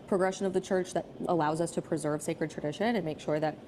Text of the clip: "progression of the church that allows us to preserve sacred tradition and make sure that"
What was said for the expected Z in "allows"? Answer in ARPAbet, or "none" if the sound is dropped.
Z